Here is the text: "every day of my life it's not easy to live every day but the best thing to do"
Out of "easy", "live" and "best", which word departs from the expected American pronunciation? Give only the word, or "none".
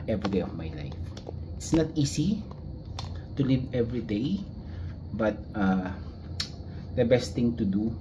easy